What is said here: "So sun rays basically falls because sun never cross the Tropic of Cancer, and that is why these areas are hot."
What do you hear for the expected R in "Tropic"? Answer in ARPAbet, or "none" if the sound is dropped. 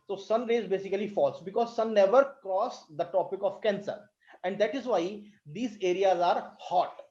none